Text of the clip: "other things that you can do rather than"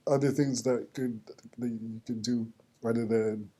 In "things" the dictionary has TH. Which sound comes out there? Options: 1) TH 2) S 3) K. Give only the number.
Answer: 1